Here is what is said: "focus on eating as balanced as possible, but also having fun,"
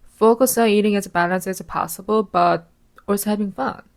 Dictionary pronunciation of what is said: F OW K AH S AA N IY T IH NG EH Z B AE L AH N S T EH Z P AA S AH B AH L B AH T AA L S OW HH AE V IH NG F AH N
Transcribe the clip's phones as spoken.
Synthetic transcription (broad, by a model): F OW K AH S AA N IY T IH NG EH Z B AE L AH N S EH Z P AA S AH B AH L B AH T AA S HH AE V IH NG F AH N